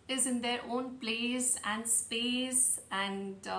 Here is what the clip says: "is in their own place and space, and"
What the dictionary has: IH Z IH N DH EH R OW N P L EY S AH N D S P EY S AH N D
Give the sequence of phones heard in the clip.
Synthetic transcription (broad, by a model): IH Z IH N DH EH R OW N B L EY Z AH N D S P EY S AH N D